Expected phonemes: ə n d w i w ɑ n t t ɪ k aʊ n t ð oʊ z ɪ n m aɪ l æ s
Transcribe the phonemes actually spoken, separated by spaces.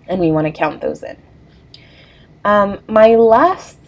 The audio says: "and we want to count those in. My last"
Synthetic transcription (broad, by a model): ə n w i w ɑ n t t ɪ k aʊ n ð oʊ z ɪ n m aɪ l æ s